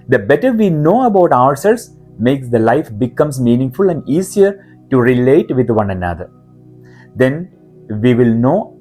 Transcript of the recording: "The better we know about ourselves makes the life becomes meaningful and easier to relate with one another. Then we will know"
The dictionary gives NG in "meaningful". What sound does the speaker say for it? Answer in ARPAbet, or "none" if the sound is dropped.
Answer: NG